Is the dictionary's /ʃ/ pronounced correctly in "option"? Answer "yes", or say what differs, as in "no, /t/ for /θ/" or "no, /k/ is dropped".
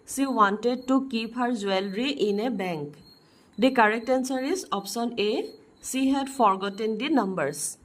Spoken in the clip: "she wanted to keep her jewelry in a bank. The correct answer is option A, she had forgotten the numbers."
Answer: no, /s/ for /ʃ/